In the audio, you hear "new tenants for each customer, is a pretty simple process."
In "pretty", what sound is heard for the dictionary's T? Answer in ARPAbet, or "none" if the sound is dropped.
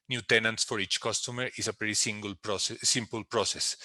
S